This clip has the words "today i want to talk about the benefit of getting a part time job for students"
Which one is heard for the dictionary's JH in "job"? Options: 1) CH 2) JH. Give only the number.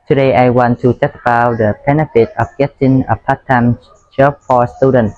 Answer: 1